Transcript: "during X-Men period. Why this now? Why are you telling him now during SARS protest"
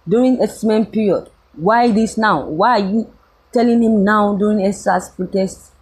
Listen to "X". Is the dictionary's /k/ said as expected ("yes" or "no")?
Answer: no